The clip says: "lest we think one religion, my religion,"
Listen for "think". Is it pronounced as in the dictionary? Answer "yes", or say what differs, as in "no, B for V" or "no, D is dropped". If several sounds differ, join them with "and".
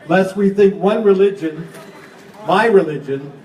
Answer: yes